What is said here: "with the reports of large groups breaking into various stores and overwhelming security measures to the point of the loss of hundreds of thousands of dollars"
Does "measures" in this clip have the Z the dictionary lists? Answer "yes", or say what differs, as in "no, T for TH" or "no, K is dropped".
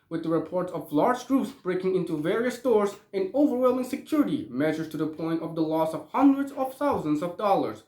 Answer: no, Z is dropped